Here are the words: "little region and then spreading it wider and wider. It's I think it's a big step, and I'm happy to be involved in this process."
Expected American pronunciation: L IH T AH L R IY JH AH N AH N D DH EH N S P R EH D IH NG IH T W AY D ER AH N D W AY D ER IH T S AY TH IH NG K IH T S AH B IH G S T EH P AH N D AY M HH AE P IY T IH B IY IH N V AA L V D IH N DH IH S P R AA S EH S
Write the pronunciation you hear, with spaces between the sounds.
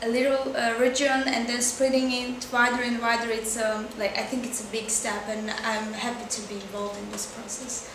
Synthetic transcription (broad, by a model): L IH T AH R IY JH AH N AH N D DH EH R S P R EH D IH NG IH T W AY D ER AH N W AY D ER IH T S AY TH IH NG K IH T S AH B IH G S T EH P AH N AY M HH AE P IY T IH B IY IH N V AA L V D IH N DH IH S P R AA S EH S